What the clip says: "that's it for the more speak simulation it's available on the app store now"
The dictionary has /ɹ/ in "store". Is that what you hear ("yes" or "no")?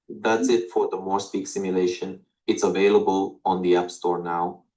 yes